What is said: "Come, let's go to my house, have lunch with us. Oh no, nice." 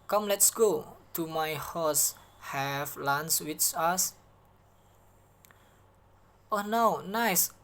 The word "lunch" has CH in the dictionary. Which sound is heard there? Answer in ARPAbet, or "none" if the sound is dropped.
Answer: S